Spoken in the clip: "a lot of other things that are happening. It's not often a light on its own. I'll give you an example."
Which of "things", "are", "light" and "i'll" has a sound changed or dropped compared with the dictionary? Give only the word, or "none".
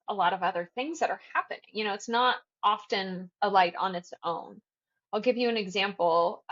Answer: none